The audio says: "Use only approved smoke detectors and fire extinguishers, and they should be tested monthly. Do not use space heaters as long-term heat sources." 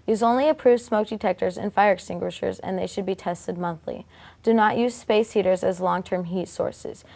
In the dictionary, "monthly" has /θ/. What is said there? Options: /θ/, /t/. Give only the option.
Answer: /θ/